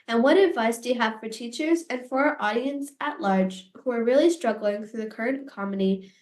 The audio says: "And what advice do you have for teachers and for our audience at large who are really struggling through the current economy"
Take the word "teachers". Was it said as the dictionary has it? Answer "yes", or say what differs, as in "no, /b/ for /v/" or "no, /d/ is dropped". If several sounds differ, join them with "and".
yes